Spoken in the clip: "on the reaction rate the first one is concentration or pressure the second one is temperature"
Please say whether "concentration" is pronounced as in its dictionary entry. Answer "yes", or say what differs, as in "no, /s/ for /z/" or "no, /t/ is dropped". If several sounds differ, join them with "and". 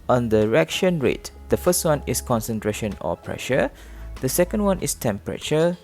yes